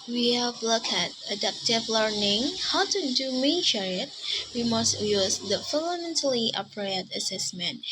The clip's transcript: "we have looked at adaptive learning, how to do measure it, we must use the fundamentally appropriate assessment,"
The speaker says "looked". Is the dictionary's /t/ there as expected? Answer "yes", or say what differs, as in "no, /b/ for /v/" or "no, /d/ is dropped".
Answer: no, /t/ is dropped